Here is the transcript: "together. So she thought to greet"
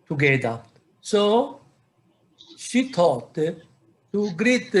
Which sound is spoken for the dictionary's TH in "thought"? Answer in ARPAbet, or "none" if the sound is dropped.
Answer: T